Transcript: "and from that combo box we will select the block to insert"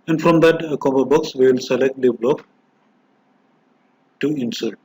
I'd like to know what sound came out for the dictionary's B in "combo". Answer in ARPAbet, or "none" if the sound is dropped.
none